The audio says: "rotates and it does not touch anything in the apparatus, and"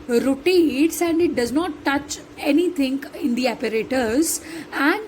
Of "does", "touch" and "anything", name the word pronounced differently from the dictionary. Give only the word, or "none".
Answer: anything